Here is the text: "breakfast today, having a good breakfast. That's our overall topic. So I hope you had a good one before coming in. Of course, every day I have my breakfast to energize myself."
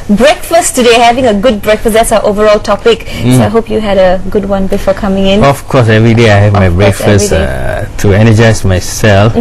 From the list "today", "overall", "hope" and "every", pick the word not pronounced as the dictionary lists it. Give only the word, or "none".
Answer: none